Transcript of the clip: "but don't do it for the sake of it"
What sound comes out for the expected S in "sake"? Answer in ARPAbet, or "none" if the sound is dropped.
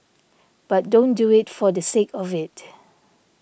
S